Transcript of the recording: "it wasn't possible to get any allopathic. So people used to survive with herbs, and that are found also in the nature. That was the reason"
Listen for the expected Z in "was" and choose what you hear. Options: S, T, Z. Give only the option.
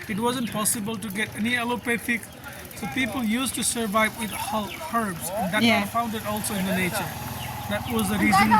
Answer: Z